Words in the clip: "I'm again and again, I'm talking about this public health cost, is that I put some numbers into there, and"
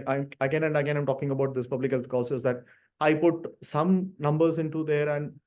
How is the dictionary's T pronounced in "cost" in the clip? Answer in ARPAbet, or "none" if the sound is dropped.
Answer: none